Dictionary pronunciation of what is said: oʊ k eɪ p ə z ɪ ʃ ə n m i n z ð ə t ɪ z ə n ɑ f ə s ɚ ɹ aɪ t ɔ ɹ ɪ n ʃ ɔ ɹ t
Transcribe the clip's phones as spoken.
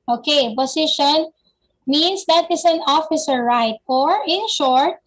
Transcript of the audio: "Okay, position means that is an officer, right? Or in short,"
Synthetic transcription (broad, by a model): oʊ k eɪ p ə s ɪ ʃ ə n m i n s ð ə t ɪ s ə n ɑ f ə s ɚ ɹ aɪ t ɔ ɹ ɪ n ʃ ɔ ɹ t